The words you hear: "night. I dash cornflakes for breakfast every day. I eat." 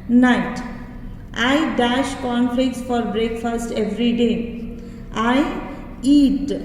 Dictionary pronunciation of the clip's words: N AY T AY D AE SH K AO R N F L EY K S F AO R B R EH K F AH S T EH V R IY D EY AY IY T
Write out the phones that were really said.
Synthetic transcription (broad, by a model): N AY T AY D AE SH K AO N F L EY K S F AO R B R EH K F AH S T EH V R IY D EY AY IY T